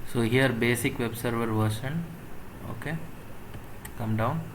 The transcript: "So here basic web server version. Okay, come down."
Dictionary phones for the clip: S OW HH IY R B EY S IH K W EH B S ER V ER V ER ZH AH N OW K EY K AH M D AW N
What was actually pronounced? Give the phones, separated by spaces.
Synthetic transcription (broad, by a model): S OW HH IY R B EY S IH K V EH B S ER V ER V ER SH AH N OW K EY K AH M D AW N